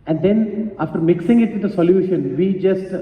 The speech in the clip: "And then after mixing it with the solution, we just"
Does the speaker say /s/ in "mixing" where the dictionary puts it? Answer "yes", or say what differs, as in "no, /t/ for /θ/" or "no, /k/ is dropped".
yes